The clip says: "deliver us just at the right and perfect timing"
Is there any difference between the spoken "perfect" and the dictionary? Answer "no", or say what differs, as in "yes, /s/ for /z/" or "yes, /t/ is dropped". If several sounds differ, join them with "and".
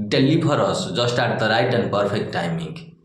yes, /p/ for /f/